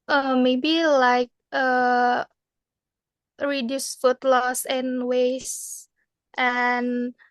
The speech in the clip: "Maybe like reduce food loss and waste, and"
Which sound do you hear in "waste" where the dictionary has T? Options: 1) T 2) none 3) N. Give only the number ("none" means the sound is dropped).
1